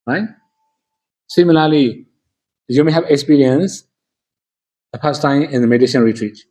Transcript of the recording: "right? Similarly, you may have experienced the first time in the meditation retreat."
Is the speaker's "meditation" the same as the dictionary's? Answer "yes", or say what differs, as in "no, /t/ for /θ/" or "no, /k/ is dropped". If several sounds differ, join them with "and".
no, /l/ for /n/